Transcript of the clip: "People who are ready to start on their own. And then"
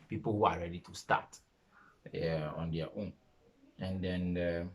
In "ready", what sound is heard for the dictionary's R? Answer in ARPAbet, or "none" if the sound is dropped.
R